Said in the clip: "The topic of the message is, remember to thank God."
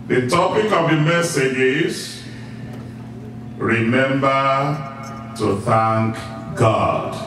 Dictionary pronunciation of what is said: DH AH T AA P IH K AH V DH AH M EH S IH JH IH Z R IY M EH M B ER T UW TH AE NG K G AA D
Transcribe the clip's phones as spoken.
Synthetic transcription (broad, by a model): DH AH T AA P IH K AH V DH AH M EH S IH JH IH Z R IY M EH M B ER T UW TH AE NG K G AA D